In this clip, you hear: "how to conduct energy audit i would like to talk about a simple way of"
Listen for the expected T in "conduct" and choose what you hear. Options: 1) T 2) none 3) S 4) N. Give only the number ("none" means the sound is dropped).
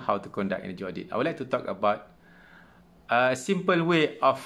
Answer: 2